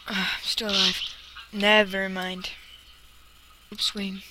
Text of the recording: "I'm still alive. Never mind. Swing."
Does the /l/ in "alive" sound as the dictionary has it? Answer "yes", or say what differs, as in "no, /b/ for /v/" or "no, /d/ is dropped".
no, /l/ is dropped